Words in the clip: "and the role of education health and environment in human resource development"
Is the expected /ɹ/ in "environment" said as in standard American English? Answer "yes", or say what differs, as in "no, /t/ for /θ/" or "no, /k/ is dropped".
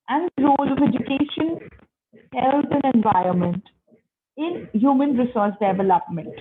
yes